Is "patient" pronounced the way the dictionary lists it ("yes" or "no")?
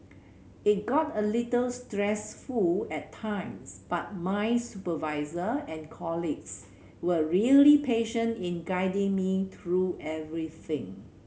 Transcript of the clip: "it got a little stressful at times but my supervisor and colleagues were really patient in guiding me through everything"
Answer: yes